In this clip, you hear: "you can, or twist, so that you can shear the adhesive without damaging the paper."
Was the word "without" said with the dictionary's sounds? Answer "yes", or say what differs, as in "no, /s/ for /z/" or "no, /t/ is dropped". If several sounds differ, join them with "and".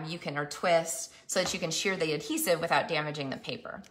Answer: yes